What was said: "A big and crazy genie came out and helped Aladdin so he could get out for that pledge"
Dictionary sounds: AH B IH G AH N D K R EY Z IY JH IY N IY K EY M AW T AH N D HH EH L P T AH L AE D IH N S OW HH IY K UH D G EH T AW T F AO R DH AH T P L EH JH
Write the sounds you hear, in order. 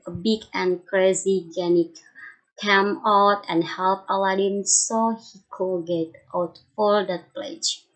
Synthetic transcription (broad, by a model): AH B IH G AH N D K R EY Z IY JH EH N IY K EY M AW T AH N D HH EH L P AH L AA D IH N S OW HH IY K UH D G EH T AW T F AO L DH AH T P L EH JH